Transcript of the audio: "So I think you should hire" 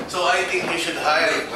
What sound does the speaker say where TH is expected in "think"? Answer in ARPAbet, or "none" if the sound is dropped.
T